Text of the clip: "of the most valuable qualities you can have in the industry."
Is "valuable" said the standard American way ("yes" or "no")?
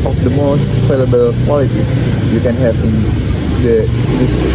no